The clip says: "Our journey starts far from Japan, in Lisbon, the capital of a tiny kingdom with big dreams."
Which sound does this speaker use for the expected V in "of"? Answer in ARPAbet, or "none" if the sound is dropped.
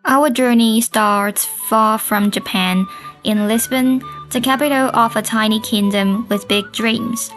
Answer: F